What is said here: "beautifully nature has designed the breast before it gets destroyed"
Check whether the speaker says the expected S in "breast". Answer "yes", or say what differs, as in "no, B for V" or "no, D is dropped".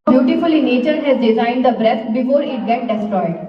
no, S is dropped